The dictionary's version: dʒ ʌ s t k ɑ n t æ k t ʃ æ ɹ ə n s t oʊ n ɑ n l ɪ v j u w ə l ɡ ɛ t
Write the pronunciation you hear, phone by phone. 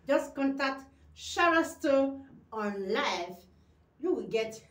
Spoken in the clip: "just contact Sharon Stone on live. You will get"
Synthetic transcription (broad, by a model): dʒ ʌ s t k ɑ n t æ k t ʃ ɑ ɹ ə s t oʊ ɑ n l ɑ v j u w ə ɡ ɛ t